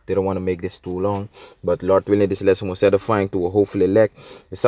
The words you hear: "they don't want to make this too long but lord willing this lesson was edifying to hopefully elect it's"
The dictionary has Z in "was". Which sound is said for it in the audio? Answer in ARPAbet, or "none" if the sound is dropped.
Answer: S